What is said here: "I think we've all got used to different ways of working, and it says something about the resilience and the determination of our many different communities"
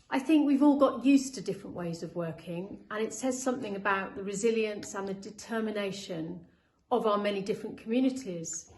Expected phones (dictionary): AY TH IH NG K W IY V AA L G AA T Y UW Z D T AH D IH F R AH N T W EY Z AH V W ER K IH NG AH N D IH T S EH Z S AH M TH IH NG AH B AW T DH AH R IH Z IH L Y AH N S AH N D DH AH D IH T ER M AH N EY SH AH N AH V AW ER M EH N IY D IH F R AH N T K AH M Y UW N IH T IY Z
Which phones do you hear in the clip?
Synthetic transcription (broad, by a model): AY TH IH NG K W IY V AA L G AA T Y UW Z T AH D IH F R AH N T W EY Z AH V W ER K IH NG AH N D IH T S EH Z S AH M TH IH NG AH B AW T DH AH R IH Z IH L Y AH N S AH N DH AH D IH T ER M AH N EY SH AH N AH V AW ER M EH N IY D IH F R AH N K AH M Y UW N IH T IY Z